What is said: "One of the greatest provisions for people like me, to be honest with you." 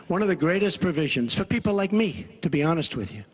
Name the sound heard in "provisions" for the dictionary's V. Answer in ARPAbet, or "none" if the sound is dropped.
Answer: V